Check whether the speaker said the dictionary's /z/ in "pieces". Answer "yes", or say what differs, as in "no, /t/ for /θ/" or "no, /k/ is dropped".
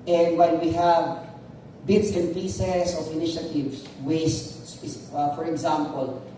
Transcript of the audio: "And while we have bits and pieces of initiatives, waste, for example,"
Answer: no, /s/ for /z/